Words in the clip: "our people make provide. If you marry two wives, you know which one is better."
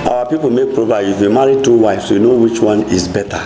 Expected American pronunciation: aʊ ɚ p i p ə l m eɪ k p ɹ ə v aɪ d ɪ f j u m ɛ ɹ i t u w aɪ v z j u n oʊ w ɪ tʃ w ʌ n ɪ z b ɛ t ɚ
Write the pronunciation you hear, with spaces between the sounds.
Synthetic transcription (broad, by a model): aʊ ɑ p i p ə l m eɪ k p ɹ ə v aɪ ɪ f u m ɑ ɹ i t u w aɪ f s j u n oʊ w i tʃ w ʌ n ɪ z b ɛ t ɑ